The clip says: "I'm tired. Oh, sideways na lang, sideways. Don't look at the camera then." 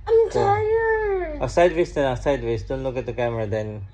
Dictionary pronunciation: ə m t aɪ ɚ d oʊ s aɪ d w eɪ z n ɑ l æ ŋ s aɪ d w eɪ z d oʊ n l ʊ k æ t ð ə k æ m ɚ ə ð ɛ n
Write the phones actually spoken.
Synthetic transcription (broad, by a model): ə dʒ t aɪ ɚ oʊ s aɪ d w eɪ s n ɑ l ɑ s aɪ d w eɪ s d oʊ n l ʊ k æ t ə k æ m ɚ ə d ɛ n